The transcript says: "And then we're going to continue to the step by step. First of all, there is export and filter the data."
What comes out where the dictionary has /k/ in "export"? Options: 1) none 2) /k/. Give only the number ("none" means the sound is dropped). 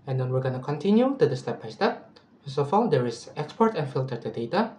2